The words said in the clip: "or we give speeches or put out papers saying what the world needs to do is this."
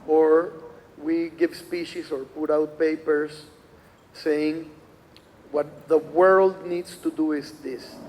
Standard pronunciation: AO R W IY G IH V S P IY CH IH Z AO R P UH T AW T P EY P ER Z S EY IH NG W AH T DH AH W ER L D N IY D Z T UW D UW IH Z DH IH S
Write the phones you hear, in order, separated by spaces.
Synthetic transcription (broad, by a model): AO R W IY G IH V S P IY SH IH S AO R P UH T AW T P EY P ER S EY IH NG W AH T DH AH W ER L D N IY D S T UW D UW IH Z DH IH S